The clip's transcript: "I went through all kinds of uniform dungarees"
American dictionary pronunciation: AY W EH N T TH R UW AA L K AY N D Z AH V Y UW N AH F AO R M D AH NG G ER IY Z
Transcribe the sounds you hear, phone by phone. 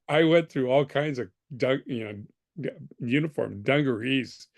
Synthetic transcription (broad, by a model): AY W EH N TH R UW AA L K AY N D Z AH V Y UW N AH F AO R M D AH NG G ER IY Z